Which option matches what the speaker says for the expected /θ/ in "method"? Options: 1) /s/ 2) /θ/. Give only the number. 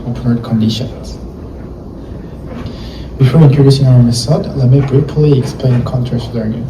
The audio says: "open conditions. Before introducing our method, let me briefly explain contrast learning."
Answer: 1